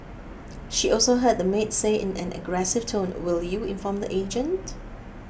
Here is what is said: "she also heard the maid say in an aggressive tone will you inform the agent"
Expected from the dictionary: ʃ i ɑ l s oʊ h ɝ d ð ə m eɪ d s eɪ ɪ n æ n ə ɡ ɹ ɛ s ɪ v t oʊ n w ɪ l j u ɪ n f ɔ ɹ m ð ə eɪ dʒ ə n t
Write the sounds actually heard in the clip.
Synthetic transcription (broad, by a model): ʃ i ɑ l s oʊ h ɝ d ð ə m eɪ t s eɪ ɪ n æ n ə ɡ ɹ ɛ s ɪ v t oʊ n w ɪ l j u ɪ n f ɔ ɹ m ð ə eɪ dʒ ə n t